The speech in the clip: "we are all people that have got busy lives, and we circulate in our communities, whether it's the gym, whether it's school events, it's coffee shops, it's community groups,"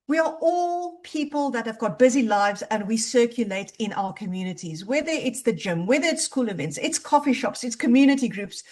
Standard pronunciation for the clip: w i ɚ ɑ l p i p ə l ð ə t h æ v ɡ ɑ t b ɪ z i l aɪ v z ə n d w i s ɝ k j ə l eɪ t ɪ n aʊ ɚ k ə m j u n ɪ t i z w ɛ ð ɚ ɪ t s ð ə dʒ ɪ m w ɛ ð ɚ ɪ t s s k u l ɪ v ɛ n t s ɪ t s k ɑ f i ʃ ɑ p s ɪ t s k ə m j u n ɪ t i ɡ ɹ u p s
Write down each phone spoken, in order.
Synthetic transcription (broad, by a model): w i ɚ ɑ l p i p ə l ð ə t h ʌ v ɡ ɑ t b ɪ z i l aɪ v z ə n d w i s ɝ k j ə l eɪ t ɪ n aʊ ɚ k ə m j u n ɪ t i z w ɛ ð ɚ ɪ t s ð ə dʒ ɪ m w ɛ ð ɚ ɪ t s s k u l ɪ v ɛ n t s ɪ t s k ɑ f i ʃ ɑ p s ɪ t s k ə m j u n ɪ t i ɡ ɹ u p s